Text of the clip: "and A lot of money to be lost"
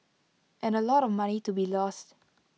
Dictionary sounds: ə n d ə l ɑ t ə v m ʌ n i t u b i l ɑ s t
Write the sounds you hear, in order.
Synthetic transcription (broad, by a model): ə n ə l ɑ t ə v m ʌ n i t u b i l ɑ s t